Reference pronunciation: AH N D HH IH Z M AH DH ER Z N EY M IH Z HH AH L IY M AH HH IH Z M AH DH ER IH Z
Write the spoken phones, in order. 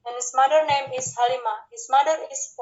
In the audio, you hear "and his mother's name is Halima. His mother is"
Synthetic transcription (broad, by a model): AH N HH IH S M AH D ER N EY M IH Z HH AH L IY M AH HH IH S M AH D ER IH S